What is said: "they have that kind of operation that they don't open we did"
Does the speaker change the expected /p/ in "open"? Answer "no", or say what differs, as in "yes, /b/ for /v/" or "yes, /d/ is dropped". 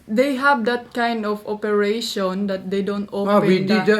yes, /p/ is dropped